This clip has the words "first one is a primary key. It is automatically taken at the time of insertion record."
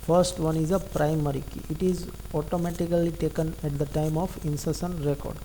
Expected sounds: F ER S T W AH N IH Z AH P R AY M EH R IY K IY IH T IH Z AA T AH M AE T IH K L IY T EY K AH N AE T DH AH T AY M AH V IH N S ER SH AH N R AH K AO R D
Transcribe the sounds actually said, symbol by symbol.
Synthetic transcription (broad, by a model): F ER S T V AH N IH Z AH P R AY M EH R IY K IY IH T IH Z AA T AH M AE T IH K L IY T EY K AH N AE T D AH T AY M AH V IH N S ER S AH N R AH K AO R D